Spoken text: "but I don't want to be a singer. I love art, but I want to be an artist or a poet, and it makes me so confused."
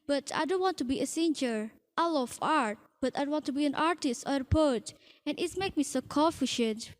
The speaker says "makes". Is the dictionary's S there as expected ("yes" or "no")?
no